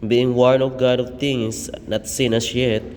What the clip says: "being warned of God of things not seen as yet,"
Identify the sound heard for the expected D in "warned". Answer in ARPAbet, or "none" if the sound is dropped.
none